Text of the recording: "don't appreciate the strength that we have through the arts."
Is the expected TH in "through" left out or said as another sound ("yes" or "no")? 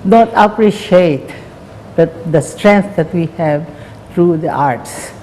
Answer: yes